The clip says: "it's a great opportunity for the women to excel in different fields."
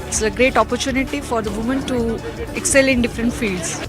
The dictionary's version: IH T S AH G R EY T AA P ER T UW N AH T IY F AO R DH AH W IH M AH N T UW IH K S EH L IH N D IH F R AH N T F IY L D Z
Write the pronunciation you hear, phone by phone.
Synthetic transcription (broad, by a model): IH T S AH G R EY T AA P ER T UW N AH T IY F AO R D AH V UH M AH N T UW IH K S EH L IH N D IH F R AH N T F IY L D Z